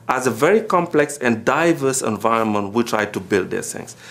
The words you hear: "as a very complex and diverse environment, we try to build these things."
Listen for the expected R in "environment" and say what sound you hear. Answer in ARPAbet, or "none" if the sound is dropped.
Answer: R